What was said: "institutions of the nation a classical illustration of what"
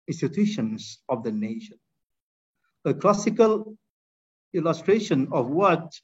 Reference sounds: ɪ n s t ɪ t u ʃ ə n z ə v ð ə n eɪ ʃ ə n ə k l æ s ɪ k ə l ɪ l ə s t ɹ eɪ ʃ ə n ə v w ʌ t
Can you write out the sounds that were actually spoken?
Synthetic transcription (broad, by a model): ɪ n s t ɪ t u ʃ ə n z ə v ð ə n eɪ ʃ ə n ə k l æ s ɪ k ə l ɪ l ə s t ɹ eɪ ʃ ə n ə v w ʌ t